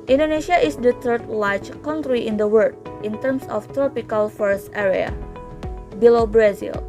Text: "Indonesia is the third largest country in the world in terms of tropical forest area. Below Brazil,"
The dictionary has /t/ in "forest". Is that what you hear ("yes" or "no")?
yes